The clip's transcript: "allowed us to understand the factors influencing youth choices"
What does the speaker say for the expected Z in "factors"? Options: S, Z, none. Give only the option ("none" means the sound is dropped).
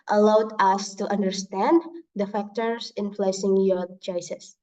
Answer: S